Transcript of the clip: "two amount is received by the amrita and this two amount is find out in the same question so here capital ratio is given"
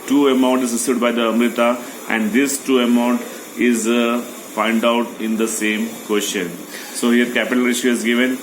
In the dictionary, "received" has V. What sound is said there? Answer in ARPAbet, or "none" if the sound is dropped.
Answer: none